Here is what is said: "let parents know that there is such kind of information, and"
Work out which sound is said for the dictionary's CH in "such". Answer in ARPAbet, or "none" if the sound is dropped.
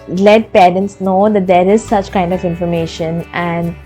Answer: CH